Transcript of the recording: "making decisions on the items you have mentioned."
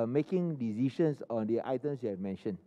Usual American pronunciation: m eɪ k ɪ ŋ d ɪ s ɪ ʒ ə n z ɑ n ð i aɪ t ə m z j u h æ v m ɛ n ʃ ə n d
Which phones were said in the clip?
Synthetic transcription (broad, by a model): m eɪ k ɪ ŋ d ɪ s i ʃ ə n s ɑ n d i aɪ t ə m s j u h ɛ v m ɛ n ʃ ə n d